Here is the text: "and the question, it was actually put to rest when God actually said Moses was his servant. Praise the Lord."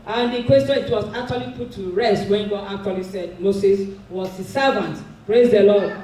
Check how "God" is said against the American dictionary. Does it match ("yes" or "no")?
no